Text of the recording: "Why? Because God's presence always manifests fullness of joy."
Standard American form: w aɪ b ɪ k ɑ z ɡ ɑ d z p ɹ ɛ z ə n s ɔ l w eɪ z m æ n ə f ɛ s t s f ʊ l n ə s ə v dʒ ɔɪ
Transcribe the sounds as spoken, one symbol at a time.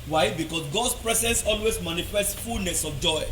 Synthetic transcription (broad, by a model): w aɪ b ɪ k ɑ s ɡ ɑ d s p ɹ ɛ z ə n s ɔ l w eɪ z m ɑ n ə f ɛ s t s f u l n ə s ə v dʒ ɔɪ